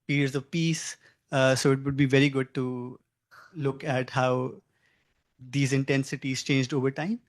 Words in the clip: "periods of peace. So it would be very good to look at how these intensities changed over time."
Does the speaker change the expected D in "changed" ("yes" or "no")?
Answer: no